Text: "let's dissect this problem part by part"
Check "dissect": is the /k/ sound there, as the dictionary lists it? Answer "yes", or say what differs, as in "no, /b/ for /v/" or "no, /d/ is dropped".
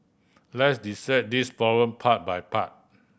no, /k/ is dropped